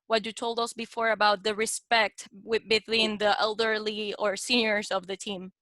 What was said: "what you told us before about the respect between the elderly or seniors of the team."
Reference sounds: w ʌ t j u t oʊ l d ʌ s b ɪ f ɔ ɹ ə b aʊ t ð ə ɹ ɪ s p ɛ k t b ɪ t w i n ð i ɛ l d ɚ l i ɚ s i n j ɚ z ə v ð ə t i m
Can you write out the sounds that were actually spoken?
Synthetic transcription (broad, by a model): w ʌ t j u t oʊ l d ʌ s b ɪ f ɔ ɹ ə b aʊ t ð ə ɹ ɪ s p ɛ k t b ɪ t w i n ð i ɛ l d ɚ l i ɚ s i n j ɚ z ə v ð ə t i m